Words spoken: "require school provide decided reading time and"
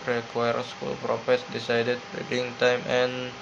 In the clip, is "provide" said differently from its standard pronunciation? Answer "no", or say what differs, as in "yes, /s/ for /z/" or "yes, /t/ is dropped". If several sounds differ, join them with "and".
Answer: yes, /f/ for /v/